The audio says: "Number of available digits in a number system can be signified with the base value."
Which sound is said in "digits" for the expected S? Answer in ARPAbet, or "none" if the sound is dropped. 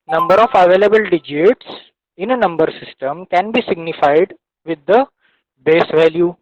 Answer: S